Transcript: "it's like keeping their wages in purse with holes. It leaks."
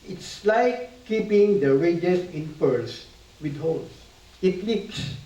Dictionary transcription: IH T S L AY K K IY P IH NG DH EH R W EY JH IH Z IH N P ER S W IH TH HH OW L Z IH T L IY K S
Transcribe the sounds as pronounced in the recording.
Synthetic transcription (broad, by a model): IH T S L AY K K IY P IH NG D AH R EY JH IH S IH N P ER S W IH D HH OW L S IH T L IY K S